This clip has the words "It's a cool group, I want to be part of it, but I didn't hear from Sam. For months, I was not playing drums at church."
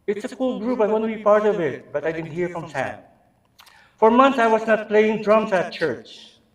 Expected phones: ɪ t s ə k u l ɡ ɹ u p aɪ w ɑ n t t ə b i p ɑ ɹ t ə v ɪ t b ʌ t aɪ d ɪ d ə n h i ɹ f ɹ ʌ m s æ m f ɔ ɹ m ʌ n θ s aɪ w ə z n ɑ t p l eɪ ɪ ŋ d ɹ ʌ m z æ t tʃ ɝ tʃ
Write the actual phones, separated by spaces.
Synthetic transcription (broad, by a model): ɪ t s ə k u l ɡ ɹ u p aɪ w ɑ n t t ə b i p ɑ ɹ t ə v ɪ t b ʌ t aɪ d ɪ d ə n h i ɹ f ɹ ʌ m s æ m f ɔ ɹ m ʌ n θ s aɪ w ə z n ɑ t p l eɪ ɪ ŋ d ɹ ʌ m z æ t tʃ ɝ tʃ